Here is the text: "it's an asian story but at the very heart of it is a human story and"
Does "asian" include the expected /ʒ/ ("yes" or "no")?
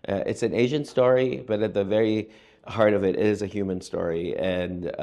yes